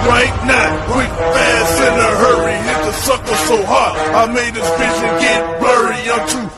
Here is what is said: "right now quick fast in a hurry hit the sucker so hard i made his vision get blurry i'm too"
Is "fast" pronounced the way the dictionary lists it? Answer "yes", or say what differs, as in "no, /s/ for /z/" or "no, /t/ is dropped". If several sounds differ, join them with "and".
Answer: no, /t/ is dropped